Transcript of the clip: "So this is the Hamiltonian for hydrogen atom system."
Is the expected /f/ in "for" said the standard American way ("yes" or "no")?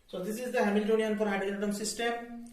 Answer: no